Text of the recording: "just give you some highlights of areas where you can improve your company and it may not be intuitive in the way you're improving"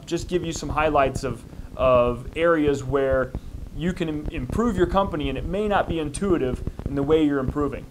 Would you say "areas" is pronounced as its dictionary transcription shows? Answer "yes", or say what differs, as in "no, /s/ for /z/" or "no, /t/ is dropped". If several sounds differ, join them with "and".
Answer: yes